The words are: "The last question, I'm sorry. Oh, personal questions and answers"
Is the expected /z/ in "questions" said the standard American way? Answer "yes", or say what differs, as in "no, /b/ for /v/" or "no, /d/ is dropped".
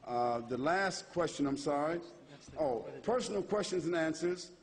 yes